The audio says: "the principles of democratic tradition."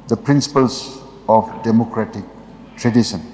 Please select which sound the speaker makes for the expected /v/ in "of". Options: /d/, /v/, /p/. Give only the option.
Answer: /p/